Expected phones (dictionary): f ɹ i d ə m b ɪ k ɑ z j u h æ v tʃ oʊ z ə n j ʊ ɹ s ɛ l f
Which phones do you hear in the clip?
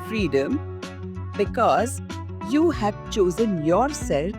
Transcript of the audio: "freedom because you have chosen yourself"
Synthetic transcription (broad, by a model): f ɹ i d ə m b ɪ k ɑ z j u h æ v tʃ oʊ z ə n j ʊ ɹ s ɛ l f